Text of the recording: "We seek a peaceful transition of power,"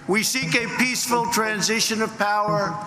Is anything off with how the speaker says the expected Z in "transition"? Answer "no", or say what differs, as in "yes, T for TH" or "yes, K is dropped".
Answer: no